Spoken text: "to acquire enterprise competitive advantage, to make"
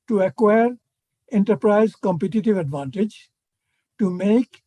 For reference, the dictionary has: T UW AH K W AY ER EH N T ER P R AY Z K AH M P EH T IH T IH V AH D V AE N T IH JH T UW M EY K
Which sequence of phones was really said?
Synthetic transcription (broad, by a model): T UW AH K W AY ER EH N T ER P R AY Z K AH M P EH T IH T IH V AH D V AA N T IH JH T UW M EY K